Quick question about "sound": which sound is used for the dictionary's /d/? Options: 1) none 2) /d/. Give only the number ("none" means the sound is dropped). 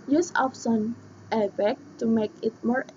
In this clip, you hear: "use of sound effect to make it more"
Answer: 1